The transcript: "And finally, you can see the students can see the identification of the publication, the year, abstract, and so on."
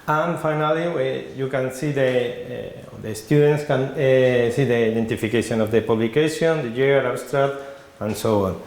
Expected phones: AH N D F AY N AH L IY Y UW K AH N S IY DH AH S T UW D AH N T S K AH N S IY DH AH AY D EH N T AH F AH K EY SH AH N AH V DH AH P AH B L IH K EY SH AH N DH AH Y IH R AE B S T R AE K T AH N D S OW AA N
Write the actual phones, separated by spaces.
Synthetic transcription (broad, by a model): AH N F AY N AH L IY Y UW K AH N S IY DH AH S T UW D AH N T S K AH N S IY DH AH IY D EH N T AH F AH K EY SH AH N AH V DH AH P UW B L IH K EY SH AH N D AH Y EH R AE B S T R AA T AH N S OW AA N